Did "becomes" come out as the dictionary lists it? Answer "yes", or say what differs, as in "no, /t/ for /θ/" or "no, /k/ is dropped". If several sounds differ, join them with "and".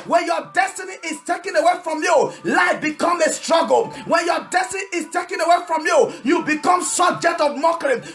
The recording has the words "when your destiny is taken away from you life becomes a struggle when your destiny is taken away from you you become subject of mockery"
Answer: no, /z/ is dropped